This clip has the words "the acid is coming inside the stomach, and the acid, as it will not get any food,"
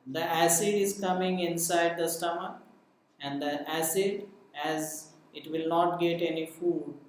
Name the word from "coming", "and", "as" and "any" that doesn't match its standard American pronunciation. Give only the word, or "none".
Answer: none